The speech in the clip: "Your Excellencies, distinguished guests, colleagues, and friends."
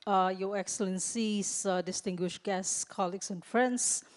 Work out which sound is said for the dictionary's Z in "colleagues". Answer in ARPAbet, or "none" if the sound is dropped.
S